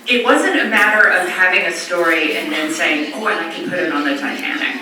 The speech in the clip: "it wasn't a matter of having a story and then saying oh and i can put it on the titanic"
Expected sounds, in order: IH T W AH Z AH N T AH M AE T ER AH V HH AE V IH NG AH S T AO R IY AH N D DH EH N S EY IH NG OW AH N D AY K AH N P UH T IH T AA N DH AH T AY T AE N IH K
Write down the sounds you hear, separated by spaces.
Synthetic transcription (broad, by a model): IH T W AH Z AH N T AH M AE T ER AH V HH AE V IH NG AH S T AO R IY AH N DH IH N S EY IH NG OW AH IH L AY K AH N P UH T IH T N DH AH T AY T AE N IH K